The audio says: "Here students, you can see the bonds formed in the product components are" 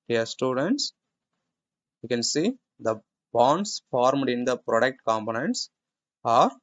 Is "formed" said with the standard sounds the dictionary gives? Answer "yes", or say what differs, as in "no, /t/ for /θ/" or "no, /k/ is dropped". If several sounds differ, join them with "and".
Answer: yes